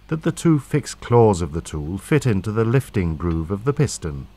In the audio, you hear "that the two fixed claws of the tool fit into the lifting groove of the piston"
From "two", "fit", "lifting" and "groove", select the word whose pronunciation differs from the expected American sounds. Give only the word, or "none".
none